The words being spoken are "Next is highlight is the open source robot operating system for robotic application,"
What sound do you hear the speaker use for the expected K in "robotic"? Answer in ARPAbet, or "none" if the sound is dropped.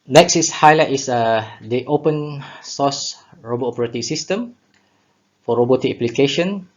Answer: none